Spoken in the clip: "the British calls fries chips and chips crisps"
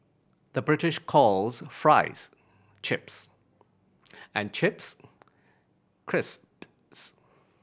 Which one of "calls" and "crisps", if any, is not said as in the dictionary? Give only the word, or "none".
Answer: none